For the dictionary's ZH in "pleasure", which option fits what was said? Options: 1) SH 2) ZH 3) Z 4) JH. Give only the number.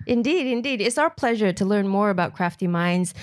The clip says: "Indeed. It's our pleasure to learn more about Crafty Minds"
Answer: 2